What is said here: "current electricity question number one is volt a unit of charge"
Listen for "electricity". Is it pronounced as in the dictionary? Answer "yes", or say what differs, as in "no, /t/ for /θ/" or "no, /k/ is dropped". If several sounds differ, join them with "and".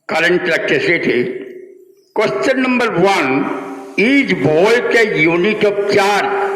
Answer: no, /ɹ/ is dropped